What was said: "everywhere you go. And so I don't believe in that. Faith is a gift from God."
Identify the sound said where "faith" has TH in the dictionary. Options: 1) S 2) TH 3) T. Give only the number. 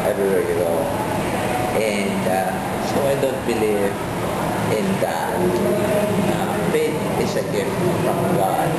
3